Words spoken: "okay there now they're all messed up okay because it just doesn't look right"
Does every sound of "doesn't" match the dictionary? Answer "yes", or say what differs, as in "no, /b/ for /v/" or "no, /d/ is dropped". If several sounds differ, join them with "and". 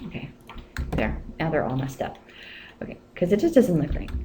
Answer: yes